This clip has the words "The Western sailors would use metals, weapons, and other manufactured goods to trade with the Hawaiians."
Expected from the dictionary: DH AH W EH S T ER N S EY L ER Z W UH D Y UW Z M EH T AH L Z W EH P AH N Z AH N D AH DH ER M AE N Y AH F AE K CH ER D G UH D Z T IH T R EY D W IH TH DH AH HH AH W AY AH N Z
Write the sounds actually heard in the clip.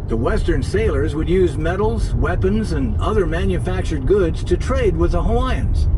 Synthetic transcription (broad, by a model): DH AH W EH S T ER N S EY L ER Z W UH D Y UW Z M EH T L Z W EH P AH N Z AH N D AH DH ER M AE N Y AH F AE K CH ER D G UH D Z T IH T R EY D W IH DH AH HH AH AY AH N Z